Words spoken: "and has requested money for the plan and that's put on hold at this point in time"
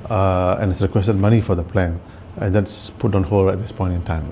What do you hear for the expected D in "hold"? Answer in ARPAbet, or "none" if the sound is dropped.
none